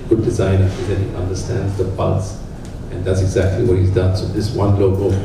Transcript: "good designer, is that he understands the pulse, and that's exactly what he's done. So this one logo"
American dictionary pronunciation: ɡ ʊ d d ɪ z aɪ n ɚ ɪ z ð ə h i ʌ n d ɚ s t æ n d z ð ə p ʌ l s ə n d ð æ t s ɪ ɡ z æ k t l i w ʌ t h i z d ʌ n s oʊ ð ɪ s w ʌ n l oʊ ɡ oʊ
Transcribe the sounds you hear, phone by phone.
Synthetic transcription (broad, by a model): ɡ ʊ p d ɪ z aɪ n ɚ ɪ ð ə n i ʌ n d ɚ s t æ n d z ð ə b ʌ s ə n ð æ t s ɪ ɡ z æ k t l i w ʌ t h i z d ʌ n s oʊ ð ɪ s w ʌ n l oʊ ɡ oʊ